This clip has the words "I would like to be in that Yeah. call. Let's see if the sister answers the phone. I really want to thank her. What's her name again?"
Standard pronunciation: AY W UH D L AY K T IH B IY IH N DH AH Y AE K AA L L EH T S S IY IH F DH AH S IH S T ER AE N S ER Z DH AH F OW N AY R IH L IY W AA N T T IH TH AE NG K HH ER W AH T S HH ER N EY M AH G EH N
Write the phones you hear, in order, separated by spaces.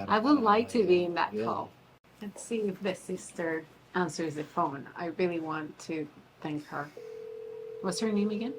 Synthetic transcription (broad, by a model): AY W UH D L AY K T IH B IY IH N DH AH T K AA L L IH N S S IY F DH AH S IH S T ER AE N S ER Z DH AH F OW N AY R IH L IY W AA N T T IH TH AE NG K HH ER W AH T S HH ER N EY M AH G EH N